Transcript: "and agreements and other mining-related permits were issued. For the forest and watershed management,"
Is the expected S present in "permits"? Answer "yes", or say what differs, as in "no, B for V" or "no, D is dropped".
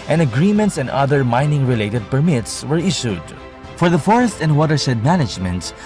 yes